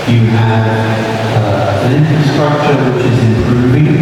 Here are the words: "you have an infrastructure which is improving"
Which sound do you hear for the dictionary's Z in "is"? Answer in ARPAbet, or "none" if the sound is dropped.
Z